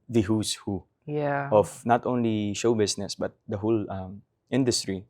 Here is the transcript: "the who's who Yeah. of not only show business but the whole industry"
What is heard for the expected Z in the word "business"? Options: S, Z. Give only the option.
S